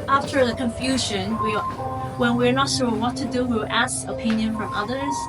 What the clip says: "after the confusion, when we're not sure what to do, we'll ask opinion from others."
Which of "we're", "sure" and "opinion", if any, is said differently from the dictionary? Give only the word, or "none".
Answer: sure